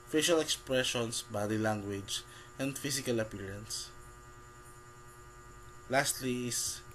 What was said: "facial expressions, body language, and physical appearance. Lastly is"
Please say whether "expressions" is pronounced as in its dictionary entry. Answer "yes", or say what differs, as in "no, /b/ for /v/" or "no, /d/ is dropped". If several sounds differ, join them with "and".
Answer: no, /s/ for /z/